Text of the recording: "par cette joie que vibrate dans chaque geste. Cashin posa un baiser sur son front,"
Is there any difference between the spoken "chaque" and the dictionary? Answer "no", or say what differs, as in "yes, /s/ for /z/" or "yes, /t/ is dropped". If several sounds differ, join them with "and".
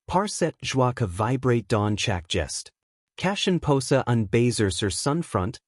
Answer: no